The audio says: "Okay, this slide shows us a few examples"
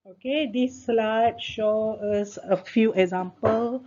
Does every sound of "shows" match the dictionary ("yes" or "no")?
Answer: no